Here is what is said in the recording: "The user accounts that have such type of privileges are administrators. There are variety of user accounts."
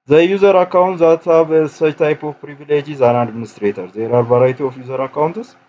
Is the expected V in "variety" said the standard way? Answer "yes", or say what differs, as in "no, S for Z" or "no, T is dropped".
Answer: no, B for V